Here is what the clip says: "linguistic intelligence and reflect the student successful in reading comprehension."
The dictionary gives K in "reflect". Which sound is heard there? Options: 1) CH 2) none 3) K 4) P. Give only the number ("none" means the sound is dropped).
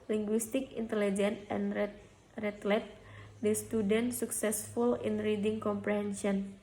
2